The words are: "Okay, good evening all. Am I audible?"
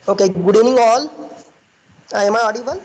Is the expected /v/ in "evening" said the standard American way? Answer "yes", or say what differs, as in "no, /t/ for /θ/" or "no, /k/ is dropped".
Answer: no, /v/ is dropped